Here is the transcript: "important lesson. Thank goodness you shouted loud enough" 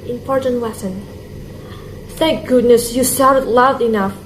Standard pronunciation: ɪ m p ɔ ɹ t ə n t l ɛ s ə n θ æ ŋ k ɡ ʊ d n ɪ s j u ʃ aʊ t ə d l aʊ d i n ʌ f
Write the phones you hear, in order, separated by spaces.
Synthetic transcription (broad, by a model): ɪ m p ɔ ɹ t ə n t l ɛ s ə n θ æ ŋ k ɡ ʊ d n ɪ s j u s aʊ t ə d l aʊ d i n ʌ f